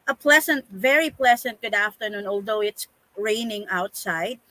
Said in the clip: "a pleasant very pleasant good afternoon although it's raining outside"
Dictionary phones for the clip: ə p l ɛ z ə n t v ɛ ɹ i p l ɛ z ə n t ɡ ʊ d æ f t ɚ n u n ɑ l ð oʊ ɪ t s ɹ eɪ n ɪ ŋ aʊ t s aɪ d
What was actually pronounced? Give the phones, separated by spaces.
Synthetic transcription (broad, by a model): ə p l ɛ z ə n t v ɛ ɹ i p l ɛ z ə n t ɡ ʊ d æ f t ɚ n u n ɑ l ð oʊ ɪ t s ɹ eɪ n ɪ ŋ aʊ t s aɪ d